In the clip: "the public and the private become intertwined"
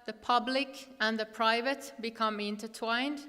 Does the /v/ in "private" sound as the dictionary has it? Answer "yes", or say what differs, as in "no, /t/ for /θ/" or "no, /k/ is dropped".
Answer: yes